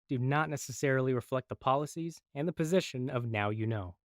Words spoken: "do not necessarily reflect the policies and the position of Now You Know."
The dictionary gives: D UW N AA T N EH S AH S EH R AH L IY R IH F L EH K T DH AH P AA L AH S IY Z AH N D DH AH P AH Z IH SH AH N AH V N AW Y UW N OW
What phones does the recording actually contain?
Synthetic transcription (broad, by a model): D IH N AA T N EH S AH S EH R L IY R IH F L EH K T DH AH P AA L AH S IY Z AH N DH AH P AH Z IH SH AH N AH V N AW Y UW N OW